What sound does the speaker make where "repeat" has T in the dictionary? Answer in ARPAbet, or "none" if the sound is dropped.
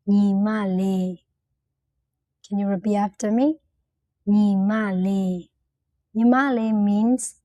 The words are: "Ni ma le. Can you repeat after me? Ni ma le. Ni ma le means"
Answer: none